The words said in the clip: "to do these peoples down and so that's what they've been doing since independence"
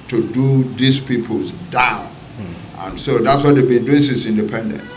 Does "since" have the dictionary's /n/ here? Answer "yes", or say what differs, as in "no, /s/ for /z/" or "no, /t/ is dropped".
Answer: no, /n/ is dropped